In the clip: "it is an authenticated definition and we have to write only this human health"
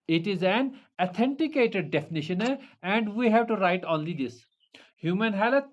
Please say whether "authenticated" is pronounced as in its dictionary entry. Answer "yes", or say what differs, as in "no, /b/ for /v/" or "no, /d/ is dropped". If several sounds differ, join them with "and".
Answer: no, /t/ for /θ/